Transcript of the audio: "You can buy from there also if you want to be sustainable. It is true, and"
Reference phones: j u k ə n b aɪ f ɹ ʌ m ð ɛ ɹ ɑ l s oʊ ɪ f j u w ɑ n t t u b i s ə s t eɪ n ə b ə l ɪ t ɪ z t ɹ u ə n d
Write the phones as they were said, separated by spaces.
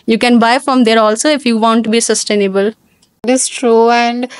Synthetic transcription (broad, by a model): j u k ə n b aɪ f ɹ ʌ m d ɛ ɹ ɑ l s oʊ ɪ f j u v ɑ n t t u b i s ə s t eɪ n ə b ə l ɪ t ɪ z t ɹ u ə n d